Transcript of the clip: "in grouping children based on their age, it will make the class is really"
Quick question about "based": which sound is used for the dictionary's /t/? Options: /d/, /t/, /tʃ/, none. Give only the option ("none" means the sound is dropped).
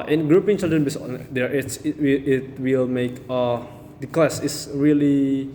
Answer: none